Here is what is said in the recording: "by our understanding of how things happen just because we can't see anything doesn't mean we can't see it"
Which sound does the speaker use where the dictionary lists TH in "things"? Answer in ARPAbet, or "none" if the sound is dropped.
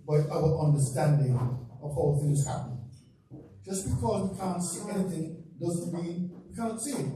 TH